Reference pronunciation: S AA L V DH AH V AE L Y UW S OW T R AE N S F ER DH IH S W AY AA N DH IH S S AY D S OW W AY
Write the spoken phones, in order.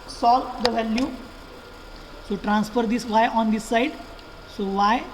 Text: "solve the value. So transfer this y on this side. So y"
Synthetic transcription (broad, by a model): S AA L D AH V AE L Y UW S OW T R AE N S F ER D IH S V AY AA N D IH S S AY D S OW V AY